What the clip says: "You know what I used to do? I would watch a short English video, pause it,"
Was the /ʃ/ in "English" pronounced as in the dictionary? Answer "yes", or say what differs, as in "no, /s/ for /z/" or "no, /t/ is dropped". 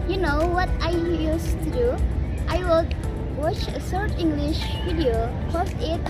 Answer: yes